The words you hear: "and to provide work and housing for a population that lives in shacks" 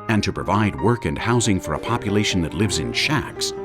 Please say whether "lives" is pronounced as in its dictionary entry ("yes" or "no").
yes